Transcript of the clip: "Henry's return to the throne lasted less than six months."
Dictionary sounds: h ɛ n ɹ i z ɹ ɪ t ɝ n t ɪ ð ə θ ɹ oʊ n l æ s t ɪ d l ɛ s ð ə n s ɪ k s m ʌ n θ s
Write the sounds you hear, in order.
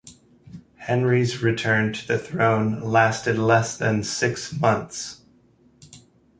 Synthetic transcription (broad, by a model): h ɛ n ɹ i z ɹ ɪ t ɝ n t ɪ ð ə θ ɹ oʊ n l æ s t ɪ d l ɛ s ð ə n s ɪ k s m ʌ n θ s